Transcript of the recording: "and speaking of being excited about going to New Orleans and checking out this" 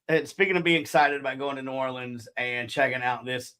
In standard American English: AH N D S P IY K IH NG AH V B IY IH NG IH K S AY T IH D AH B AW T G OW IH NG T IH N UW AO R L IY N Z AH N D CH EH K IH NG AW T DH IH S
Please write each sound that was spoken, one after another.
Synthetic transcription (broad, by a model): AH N S P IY K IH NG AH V B IY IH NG IH K S AY T IH D AH B AW T G OW IH NG T IH N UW AO R L IY N Z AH N CH EH K IH NG AW T DH IH S